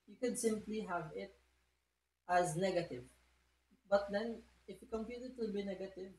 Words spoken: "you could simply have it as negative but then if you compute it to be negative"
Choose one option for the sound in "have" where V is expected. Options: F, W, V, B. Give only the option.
V